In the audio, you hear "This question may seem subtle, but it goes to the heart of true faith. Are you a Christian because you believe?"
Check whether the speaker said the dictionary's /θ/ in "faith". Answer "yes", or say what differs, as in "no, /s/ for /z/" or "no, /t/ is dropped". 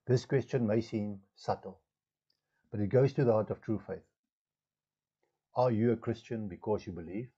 yes